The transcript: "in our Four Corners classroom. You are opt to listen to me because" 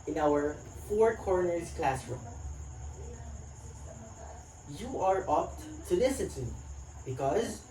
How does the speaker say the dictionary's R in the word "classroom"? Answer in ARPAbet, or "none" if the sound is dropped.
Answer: R